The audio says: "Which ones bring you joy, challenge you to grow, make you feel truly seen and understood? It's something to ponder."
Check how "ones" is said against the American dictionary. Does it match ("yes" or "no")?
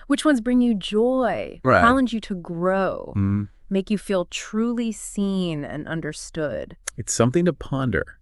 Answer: yes